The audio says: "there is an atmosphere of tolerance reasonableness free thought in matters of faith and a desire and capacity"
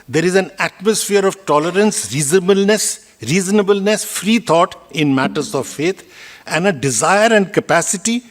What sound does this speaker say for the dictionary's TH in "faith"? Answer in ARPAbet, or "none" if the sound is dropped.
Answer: T